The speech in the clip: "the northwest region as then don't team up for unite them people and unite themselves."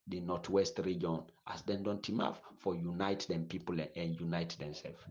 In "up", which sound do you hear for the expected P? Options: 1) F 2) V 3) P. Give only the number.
1